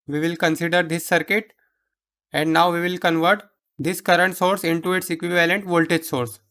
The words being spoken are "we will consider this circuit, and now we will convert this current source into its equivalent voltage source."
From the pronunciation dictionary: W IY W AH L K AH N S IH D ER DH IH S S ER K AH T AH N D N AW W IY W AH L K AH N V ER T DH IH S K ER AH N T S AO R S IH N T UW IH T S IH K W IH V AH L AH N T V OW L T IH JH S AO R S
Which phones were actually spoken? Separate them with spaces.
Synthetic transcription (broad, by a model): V IY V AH L K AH N S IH D ER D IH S S ER K AH T AH N D N AW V IY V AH L K AH N V ER T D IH S K ER AH N T S AO R S IH N T UW IH T S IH K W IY V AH L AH N T V OW L T IH JH S AO R S